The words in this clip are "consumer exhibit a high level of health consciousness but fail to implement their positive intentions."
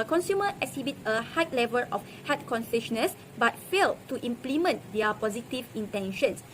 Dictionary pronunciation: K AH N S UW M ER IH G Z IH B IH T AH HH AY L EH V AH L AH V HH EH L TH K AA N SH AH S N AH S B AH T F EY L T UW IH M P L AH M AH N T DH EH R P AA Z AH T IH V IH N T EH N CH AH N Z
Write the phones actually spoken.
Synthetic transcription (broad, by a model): K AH N S UW M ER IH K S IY B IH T AH HH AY L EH V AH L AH F HH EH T K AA N S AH SH N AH S B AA T F EY L T UW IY M P L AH M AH N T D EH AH P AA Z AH T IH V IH N T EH N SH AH N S